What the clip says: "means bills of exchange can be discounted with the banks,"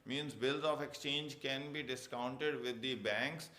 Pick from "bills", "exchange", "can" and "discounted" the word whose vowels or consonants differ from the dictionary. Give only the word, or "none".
none